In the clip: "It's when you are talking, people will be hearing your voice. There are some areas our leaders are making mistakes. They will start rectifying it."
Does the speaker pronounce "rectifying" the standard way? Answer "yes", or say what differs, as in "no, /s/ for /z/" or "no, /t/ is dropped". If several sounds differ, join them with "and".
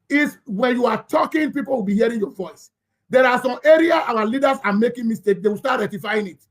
no, /k/ is dropped